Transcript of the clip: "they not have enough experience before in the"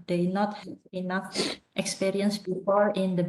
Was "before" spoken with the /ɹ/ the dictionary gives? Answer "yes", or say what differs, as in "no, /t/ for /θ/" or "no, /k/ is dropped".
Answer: yes